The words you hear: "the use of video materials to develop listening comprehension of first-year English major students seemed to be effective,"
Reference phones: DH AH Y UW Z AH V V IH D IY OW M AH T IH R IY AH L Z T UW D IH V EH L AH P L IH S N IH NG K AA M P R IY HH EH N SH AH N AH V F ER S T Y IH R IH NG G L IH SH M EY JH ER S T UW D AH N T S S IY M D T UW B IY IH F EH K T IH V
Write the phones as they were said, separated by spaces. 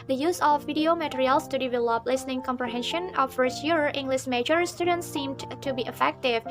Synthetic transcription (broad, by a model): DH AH Y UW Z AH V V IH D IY OW M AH T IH R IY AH L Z T UW D IH V EH L AH P L IH S N IH NG K AA M P R IY HH EH N SH AH N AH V F ER S T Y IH R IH NG G L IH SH M EY JH ER S T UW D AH N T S S IY M D T UW B IY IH F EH K T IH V